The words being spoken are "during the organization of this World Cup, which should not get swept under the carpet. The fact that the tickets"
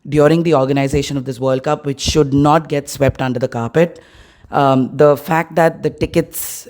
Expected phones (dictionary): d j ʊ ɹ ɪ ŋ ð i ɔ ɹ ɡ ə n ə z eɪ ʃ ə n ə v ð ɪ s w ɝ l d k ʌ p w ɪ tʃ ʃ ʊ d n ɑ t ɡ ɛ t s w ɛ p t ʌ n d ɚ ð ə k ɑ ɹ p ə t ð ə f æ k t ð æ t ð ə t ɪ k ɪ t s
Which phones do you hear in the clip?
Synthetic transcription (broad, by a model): d j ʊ ɹ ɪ ŋ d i ɔ ɹ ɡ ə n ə z eɪ ʃ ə n ə v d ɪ s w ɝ l d k ʌ p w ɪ tʃ ʃ ʊ d n ɑ t ɡ ɛ t s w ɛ p t ʌ n d ɚ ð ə k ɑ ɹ p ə t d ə f æ k t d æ t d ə t ɪ k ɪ t s